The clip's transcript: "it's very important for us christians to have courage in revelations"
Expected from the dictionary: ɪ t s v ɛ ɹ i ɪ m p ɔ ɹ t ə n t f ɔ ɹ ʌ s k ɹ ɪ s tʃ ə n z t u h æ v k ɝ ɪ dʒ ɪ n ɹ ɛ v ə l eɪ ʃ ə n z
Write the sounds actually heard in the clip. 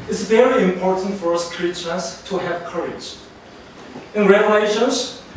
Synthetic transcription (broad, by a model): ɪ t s v ɛ ɹ i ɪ m p ɔ ɹ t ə n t f ɔ ɹ ʌ s k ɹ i tʃ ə z t u h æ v k ɝ ɪ dʒ ɪ n ɹ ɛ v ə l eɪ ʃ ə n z